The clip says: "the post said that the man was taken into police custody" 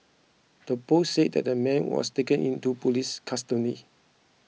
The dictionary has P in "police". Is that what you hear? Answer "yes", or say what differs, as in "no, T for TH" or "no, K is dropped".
yes